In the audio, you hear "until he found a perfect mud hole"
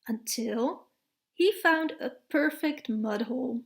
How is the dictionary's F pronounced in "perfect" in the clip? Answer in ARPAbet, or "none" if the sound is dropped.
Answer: F